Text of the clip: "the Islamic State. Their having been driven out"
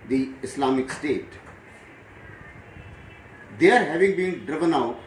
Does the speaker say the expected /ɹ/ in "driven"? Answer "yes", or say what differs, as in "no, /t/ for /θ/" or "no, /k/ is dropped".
yes